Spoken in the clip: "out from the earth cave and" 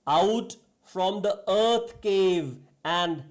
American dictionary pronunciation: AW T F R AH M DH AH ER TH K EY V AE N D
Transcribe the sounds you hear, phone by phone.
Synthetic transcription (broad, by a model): AW T F R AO M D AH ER T K EY V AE N D